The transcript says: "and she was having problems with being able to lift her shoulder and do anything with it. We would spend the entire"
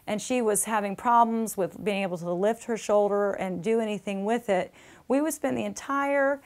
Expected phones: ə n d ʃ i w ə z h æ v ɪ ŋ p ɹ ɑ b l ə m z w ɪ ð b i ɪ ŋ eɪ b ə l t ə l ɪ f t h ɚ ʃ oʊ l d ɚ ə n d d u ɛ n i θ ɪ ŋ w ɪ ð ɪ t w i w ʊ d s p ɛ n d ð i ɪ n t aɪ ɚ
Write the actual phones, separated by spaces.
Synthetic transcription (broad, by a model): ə n ʃ i w ə z h æ v ɪ ŋ p ɹ ɑ b l ə m z w ɪ ð b i ɪ ŋ eɪ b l t ə l ɪ f t h ɚ ʃ oʊ l d ɚ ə n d d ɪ ɛ n i θ ɪ ŋ w ɪ ð ɪ t w i w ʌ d s p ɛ n ð i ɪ n t aɪ ɚ